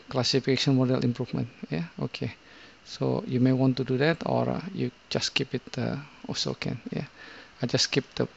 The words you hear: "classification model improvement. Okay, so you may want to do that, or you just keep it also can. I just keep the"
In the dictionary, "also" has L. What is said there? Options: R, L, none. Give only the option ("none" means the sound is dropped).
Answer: none